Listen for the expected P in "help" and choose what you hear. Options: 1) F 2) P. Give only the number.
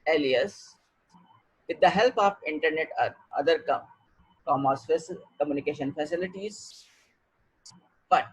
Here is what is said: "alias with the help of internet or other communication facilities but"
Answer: 2